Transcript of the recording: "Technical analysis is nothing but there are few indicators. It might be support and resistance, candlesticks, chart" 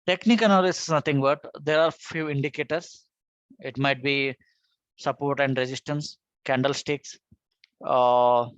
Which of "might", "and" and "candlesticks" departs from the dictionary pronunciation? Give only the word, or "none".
none